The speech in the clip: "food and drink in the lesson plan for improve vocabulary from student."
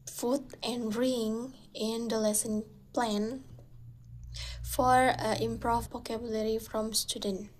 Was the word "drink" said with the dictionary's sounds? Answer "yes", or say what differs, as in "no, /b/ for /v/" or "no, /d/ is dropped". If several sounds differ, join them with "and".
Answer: no, /k/ is dropped